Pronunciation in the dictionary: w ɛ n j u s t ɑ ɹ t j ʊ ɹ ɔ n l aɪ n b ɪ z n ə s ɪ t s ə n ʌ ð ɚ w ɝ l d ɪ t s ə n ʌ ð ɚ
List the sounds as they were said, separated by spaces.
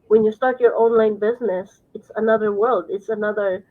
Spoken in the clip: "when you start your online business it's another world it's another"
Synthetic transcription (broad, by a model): w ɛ n j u s t ɑ ɹ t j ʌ ɹ ɔ n l aɪ n b ɪ z n ə s ɪ t s ə n ʌ ð ɚ w ɝ l d ɪ t s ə n ʌ ð ɚ